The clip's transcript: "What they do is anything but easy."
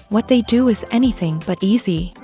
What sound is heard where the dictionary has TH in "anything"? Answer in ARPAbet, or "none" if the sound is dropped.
TH